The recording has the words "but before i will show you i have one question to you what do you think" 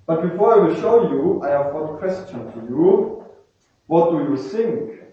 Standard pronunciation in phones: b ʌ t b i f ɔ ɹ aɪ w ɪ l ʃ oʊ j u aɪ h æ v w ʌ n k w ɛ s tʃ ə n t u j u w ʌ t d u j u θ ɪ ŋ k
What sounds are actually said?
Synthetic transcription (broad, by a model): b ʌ t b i f ɔ ɹ aɪ w ɪ l ʃ oʊ j u aɪ h æ v w ʌ n k w ɛ s tʃ ə n t u j u w ʌ t d u j u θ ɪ ŋ k